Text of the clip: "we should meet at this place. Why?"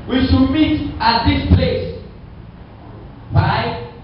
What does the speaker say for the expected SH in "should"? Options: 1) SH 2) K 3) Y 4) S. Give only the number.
4